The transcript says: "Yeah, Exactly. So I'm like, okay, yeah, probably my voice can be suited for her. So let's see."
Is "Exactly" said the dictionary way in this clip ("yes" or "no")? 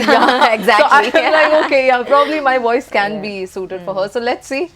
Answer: no